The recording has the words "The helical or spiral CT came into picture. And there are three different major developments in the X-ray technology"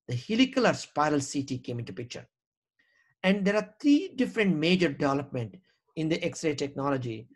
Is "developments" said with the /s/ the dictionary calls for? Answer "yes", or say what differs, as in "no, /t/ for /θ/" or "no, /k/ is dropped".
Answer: no, /s/ is dropped